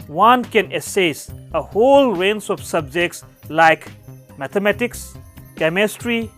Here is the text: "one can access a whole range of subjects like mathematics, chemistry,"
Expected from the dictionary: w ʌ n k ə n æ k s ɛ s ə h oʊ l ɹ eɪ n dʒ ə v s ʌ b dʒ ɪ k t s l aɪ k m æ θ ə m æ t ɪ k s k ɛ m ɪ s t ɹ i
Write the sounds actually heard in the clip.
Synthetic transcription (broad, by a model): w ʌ n k ə n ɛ s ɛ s ə h oʊ l ɹ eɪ n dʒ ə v s ʌ b dʒ ɪ k t s l aɪ k m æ t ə m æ t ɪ k s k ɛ m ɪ s t ɹ i